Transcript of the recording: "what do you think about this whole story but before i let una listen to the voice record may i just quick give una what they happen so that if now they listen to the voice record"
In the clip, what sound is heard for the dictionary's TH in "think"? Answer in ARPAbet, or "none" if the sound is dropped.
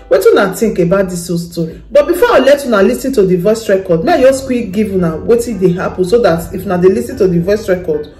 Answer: T